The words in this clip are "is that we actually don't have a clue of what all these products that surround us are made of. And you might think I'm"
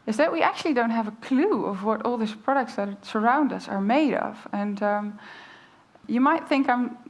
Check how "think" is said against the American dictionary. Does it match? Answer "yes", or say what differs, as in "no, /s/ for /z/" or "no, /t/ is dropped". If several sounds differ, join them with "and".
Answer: yes